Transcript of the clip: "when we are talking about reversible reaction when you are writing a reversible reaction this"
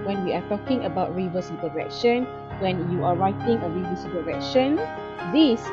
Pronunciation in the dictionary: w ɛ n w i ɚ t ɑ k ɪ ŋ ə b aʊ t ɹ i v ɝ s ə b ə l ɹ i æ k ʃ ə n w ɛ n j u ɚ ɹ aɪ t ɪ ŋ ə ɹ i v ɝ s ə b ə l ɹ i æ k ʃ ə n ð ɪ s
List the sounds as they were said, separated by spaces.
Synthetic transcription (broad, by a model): w ɛ n w i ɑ t ɑ k ɪ ŋ ə b aʊ t ɹ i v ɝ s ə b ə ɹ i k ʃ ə n w ɛ n j u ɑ ɹ aɪ t ɪ ŋ ə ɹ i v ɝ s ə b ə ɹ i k ʃ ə n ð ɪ s